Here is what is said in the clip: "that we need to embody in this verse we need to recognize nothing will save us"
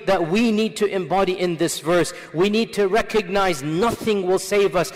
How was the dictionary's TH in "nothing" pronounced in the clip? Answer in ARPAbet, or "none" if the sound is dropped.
TH